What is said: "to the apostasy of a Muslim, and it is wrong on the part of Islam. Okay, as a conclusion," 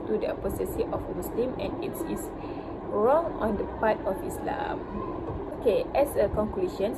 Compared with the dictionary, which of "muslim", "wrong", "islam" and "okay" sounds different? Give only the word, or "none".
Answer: muslim